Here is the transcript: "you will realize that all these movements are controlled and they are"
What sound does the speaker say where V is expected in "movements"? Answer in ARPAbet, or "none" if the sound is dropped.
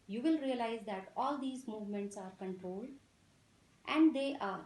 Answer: V